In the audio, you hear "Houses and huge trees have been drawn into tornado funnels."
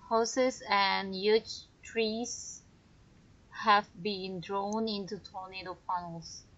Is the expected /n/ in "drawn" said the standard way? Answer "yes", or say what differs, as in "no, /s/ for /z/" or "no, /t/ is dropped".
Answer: yes